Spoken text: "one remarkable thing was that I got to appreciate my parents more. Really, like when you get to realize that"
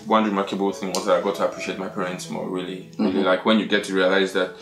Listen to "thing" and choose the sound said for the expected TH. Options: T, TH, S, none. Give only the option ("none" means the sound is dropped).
TH